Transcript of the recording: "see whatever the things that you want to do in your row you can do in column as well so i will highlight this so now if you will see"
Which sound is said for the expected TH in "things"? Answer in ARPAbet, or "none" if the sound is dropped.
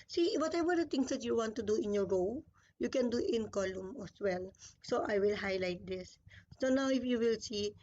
T